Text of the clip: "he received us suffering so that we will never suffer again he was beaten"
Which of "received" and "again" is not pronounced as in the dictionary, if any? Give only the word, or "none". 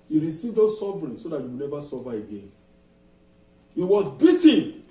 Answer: none